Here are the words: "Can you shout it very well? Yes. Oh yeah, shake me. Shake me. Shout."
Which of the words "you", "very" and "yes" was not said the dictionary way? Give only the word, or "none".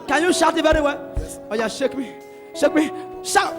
yes